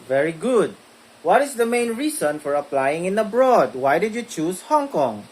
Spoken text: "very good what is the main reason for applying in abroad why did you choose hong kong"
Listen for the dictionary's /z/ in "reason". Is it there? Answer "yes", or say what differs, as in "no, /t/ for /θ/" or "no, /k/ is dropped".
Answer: no, /s/ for /z/